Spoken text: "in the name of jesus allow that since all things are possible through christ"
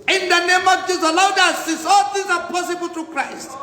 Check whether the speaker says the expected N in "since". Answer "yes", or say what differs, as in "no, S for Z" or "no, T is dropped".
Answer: no, N is dropped